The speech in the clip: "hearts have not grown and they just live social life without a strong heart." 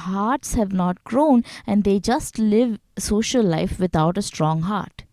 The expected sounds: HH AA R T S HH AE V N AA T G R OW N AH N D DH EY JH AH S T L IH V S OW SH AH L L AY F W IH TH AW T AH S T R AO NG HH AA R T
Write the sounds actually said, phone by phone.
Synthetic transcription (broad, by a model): HH AA R T S HH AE V N AA T G R OW N AH N D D EY JH AH S T L IH V S OW SH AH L L AY F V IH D AW T AH S T R AO NG HH AA R T